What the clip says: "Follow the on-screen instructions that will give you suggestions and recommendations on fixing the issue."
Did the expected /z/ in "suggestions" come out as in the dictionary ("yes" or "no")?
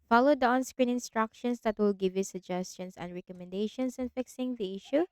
no